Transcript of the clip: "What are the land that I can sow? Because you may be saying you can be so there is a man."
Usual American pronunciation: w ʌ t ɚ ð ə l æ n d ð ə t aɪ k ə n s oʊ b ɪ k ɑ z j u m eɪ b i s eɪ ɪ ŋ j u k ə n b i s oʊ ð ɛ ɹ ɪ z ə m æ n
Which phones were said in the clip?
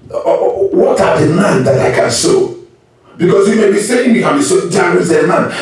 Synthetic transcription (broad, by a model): w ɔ t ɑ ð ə n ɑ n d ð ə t aɪ k ə n s oʊ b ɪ k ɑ s j u m eɪ b i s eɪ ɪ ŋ j u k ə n b i s oʊ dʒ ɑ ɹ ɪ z ə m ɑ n